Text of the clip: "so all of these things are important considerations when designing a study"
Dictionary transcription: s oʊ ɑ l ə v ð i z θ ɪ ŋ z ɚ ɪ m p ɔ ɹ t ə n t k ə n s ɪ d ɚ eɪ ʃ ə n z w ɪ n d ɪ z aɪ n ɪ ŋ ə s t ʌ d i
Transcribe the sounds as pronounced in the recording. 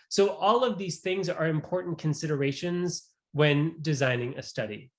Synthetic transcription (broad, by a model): s oʊ ɑ l ə v ð i z θ ɪ ŋ z ɚ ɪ m p ɔ ɹ t n k ə n s ɪ d ɚ eɪ ʃ ə n z w ɪ n d ɪ z aɪ n ɪ ŋ ə s t ʌ d i